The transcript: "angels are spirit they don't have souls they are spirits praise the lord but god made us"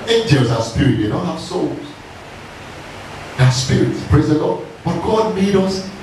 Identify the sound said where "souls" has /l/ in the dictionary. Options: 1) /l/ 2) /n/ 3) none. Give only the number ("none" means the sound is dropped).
1